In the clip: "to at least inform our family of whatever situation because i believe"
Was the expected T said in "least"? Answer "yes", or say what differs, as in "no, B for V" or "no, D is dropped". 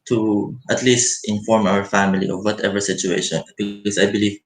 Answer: yes